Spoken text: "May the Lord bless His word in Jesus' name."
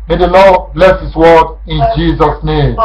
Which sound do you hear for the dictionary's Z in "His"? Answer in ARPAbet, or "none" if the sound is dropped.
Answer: S